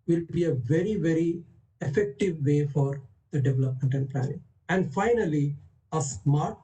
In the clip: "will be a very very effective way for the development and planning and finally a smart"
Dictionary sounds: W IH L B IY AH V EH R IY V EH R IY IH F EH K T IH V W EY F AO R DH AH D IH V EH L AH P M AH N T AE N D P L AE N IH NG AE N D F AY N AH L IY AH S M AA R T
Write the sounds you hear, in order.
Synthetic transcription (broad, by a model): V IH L B IY AH V EH R IY V EH R IY IH F EH K T IH V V EY F AO R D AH D IH V EH L AH P M AH N T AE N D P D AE IH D AE N D F AY N AH L IY AH S M AA R T